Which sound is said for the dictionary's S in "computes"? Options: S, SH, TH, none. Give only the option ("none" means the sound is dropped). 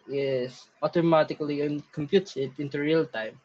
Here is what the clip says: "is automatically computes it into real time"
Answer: none